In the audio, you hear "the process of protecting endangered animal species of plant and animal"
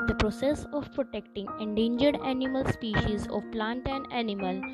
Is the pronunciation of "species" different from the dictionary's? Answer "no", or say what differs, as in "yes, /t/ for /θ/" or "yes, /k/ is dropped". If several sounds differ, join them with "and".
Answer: no